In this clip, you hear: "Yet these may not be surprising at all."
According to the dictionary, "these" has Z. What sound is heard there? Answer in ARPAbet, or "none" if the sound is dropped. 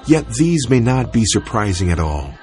Z